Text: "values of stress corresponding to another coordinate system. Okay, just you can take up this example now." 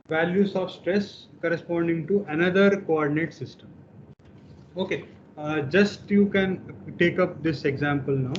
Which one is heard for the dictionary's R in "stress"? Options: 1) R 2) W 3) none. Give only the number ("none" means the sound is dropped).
1